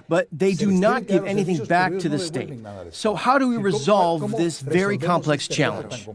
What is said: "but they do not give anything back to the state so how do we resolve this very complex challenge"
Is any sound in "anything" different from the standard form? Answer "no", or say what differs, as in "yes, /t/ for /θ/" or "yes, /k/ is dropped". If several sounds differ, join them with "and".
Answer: no